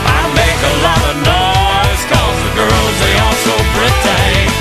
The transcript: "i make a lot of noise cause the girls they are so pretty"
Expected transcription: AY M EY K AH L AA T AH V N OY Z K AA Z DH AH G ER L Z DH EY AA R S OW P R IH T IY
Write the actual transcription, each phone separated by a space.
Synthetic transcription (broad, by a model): AY M EY K AH L AA T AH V N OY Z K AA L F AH G ER L Z DH EY AA L S OW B R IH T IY